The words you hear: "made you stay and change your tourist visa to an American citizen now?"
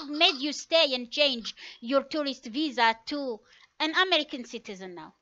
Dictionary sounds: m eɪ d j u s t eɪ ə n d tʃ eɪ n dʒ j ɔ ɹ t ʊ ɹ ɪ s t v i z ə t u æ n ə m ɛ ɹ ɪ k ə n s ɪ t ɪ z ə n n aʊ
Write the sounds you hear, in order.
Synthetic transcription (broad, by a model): m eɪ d j u s t eɪ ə n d tʃ eɪ n dʒ j ɔ ɹ t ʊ ɹ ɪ s t v i z ə t u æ n ə m ɛ ɹ ɪ k ə n s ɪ t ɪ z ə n n aʊ